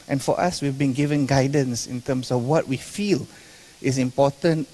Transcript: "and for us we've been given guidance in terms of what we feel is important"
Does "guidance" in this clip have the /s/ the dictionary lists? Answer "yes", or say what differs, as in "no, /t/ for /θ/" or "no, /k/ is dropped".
yes